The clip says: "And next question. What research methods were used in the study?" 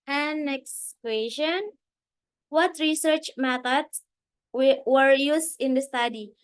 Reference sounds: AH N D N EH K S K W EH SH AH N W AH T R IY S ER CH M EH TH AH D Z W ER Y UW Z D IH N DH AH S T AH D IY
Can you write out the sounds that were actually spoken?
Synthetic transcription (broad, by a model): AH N N EH K S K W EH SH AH N W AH T R IY S ER CH M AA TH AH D W ER Y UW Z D IH N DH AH S T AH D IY